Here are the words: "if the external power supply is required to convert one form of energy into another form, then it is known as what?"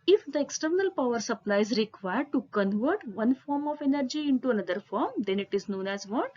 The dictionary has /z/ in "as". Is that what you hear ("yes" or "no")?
yes